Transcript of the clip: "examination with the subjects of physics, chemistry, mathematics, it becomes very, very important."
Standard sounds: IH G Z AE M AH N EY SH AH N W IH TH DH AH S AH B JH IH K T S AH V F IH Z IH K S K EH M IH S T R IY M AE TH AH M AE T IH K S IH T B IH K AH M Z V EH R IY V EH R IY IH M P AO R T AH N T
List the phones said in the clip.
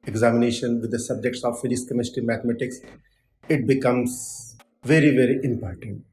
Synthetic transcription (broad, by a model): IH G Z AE M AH N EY SH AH N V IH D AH S AH B JH IH K T S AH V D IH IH S K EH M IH S T IY M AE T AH M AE T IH K S IH T B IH K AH M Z V EH R IY V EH R IY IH M P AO R T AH N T